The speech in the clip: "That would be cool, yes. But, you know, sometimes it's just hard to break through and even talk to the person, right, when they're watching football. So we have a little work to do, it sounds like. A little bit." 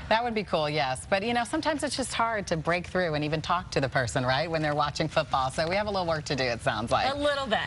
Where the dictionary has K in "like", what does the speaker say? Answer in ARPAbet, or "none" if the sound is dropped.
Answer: none